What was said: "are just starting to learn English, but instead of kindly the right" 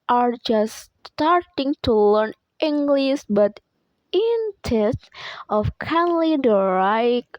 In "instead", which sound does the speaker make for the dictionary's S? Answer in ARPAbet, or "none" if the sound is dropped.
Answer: none